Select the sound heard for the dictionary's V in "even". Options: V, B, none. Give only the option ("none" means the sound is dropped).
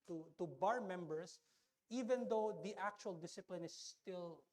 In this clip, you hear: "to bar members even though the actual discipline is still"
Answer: V